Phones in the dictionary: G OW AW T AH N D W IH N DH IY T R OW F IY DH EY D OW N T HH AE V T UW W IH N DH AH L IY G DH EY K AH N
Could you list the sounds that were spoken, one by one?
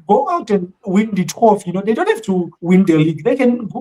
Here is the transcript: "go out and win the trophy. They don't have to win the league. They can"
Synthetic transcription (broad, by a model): G OW AW T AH N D W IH N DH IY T W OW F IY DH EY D OW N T HH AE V T UW W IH N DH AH L IY G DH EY K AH N